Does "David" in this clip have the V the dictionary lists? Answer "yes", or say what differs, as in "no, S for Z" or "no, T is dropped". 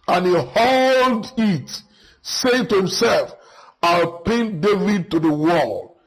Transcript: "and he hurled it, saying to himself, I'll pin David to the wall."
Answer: yes